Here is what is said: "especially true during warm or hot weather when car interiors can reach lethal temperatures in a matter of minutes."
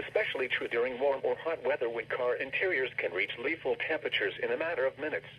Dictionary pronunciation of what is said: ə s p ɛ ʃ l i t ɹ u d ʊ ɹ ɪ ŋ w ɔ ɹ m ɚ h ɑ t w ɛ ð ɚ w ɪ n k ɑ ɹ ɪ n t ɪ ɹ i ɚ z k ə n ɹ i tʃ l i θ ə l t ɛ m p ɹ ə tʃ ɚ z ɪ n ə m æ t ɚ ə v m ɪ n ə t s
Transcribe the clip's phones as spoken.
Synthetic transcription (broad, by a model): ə s p ɛ ʃ l i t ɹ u d ʊ ɹ ɪ ŋ w ɔ ɹ m ɚ h ɑ t w ɛ ð ɚ w ɪ n k ɑ ɹ ɪ n t ɪ ɹ i ɚ z k ə n ɹ i tʃ l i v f l t ɛ m p ɹ ə tʃ ɚ z ɪ n ə m æ t ɚ ə v m ɪ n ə t s